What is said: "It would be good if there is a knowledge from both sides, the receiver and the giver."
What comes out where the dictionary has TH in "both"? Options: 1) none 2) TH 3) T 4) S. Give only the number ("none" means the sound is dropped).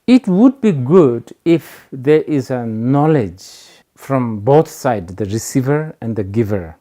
3